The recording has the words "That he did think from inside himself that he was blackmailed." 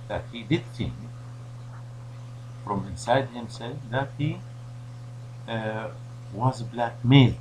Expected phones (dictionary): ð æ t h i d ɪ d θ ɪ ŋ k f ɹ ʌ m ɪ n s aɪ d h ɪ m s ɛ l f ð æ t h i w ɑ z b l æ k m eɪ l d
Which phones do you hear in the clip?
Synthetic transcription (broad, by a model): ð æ t h i d ɪ d θ ɪ ŋ k f ɹ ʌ m ɪ n s aɪ d h ɪ m s ɛ l f ð æ t h i w ɑ z b l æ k m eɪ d